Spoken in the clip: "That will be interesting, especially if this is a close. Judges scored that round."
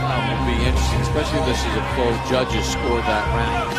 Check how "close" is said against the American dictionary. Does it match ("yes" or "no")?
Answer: no